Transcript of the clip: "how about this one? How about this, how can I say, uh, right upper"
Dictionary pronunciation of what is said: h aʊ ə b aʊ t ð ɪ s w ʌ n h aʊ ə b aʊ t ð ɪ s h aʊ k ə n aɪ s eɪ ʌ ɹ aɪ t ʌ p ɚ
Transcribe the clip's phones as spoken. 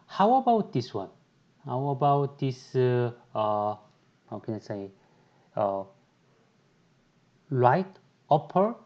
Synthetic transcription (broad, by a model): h aʊ ə b aʊ t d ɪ s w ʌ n h aʊ ə b aʊ t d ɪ s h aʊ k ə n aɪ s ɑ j l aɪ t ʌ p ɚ